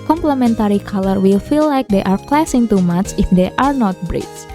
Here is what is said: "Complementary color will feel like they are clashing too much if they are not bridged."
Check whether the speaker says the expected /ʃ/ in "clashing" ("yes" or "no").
no